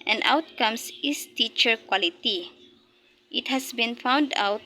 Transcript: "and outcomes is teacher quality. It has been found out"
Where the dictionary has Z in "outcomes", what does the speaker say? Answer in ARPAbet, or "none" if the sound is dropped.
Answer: S